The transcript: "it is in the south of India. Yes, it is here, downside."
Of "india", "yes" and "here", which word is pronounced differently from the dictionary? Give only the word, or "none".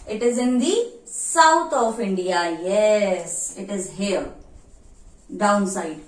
here